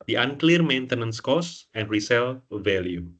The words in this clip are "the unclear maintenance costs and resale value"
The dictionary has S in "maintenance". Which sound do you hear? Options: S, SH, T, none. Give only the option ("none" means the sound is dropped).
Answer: S